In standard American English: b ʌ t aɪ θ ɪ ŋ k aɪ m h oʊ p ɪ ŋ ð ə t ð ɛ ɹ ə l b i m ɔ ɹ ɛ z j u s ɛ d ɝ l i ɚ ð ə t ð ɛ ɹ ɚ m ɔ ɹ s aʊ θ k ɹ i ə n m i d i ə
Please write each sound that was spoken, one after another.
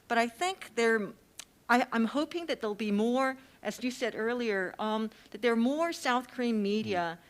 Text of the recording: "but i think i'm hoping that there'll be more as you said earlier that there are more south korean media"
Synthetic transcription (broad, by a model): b ʌ t aɪ θ ɪ ŋ k aɪ m h oʊ p ɪ ŋ ð ə t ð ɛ ə l b i m ɔ ɹ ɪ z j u s ɛ d ɝ l i ɚ ð ə t ð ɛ ɹ m ɔ ɹ s aʊ θ k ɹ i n m i d i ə